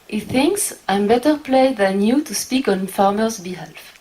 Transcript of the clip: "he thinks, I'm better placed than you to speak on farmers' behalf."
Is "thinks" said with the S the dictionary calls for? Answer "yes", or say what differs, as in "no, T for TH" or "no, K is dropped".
yes